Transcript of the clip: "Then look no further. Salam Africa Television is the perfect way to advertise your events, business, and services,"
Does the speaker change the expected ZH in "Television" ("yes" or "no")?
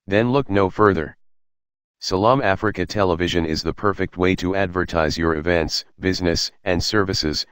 no